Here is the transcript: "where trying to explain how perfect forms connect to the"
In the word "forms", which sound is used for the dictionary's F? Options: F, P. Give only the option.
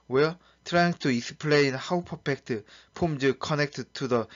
P